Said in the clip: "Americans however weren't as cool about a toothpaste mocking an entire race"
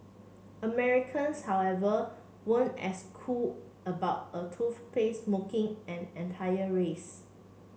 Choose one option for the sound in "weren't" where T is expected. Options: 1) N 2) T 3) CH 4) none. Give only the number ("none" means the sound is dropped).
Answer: 4